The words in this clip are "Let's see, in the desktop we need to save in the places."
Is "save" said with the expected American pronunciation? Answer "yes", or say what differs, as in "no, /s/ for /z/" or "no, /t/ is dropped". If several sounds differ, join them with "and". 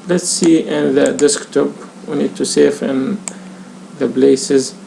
no, /f/ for /v/